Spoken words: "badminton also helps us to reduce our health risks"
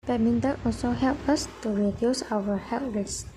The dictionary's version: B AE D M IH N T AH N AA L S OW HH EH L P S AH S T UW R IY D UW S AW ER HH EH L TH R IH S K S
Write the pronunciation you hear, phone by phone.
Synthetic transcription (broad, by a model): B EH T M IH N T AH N AA L S OW HH EH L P AH S T UW R IY D UW S AW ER HH EH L T R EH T S